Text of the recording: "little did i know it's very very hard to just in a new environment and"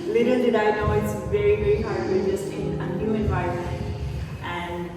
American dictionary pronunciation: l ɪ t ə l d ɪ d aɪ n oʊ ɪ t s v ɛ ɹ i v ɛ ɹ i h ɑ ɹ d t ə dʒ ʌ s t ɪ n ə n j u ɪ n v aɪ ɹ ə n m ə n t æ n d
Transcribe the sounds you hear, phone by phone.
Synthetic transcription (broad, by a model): l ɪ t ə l d ɪ d aɪ n oʊ ɪ t s v ɛ ɹ i v ɛ ɹ i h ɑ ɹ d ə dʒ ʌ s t ɪ n ə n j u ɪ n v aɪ ə m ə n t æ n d